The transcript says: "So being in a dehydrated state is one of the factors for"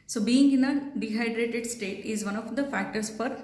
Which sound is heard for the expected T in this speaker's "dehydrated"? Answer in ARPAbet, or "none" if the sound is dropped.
T